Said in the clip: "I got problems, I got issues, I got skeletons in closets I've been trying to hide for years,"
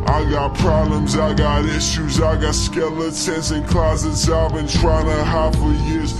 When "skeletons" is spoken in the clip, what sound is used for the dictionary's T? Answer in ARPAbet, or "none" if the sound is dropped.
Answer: S